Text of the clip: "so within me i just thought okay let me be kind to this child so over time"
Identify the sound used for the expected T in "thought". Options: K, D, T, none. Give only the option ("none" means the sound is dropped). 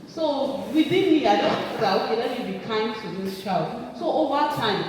none